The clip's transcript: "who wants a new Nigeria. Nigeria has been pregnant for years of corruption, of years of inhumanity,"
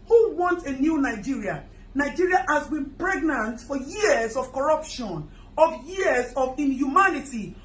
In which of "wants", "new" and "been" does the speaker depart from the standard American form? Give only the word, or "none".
wants